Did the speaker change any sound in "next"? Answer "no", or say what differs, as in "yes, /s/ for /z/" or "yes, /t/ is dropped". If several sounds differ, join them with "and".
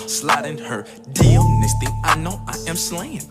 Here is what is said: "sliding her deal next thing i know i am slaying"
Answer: yes, /k/ is dropped